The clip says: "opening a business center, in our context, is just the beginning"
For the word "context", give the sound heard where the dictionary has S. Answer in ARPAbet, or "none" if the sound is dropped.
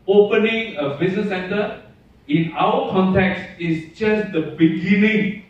S